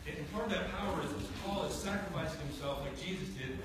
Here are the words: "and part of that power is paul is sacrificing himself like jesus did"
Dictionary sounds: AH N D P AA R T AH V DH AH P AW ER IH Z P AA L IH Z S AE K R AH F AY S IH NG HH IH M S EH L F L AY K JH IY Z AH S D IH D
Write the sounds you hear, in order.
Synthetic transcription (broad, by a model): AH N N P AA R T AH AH P AW ER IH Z P AA L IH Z S AE K R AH F AY S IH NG HH IH M S EH L F L AY K JH IY Z AH S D IH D